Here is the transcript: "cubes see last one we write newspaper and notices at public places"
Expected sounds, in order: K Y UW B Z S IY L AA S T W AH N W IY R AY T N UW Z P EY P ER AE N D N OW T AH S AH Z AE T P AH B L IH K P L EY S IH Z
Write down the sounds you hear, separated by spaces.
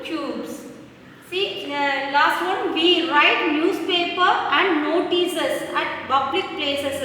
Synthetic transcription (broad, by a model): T Y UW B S S IY L AA S T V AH N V IY R AY T N UW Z P EY P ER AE N D N OW T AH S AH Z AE T B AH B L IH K P L EY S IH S